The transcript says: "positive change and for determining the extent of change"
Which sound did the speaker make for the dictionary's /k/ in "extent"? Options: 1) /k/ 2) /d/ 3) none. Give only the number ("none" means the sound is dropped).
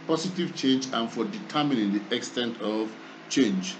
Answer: 1